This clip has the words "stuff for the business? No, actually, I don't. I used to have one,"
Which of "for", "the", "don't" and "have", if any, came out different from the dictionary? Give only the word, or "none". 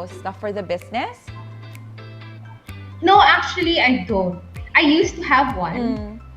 none